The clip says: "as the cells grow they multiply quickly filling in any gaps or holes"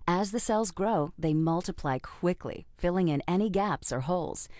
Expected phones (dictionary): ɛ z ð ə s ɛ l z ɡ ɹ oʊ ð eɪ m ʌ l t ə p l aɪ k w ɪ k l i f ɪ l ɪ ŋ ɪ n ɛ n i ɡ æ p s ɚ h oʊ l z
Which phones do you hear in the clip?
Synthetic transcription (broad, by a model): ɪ z ð ə s ɛ l z ɡ ɹ oʊ ð eɪ m ʌ l t ə p l aɪ k w ɪ k l i f ɪ l ɪ ŋ ɪ n ɛ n i ɡ æ p s ɚ h oʊ l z